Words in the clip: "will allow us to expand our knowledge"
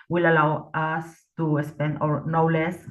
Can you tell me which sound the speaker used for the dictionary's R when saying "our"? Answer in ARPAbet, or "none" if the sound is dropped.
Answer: R